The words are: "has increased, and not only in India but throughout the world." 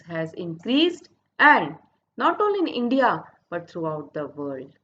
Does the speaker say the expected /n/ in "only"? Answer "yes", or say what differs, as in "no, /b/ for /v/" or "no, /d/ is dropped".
no, /n/ is dropped